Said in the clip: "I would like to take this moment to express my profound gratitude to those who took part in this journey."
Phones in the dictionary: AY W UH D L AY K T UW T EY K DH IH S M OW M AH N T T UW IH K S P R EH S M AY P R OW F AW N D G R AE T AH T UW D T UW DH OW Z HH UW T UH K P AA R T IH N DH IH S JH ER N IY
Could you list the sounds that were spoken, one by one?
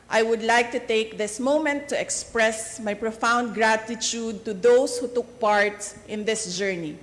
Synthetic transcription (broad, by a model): AY W UH D L AY K T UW T EY K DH IH S M OW M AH N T T UW IH K S P R EH S M AY P R OW F AW N D G R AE T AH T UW D T UW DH OW S HH UW T UH K P AA R T IH N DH IH S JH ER N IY